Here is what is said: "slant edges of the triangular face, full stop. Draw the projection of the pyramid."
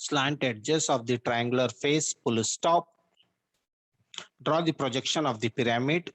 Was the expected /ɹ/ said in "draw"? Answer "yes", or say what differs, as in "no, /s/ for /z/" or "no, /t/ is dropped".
yes